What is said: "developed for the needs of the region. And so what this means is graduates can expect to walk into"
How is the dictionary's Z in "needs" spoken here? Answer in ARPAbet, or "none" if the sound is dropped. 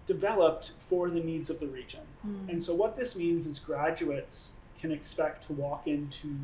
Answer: Z